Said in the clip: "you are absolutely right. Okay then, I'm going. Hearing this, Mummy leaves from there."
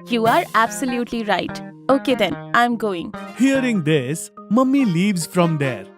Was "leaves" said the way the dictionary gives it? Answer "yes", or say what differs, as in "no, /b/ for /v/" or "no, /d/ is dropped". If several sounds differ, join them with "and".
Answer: yes